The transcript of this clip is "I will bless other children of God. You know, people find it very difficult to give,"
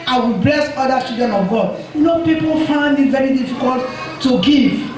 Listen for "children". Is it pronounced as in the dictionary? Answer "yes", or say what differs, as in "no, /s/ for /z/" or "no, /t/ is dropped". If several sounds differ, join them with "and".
no, /l/ is dropped and /ɹ/ is dropped